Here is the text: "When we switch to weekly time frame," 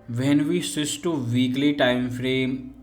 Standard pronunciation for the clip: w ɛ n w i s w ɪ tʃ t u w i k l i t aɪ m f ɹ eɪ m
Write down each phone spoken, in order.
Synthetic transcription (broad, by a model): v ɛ n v i s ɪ s t u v i k l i t aɪ m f ɹ eɪ m